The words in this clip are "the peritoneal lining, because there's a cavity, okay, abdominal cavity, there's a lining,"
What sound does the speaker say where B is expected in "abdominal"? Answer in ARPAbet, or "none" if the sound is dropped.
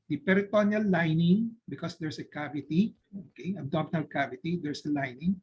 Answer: none